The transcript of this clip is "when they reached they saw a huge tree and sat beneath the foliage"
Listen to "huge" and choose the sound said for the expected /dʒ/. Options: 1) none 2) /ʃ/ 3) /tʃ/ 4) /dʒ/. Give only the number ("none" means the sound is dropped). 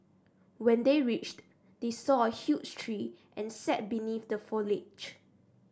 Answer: 3